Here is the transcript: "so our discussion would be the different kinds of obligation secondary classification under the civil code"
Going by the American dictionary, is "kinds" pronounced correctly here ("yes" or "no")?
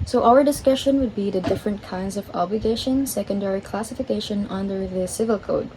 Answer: yes